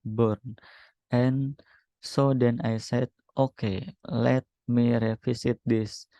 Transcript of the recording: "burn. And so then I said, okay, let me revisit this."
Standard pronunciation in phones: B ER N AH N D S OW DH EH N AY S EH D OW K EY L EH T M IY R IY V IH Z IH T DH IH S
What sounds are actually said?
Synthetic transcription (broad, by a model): B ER N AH N S OW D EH N AY S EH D OW K EY L EH T M IY R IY F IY S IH T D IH S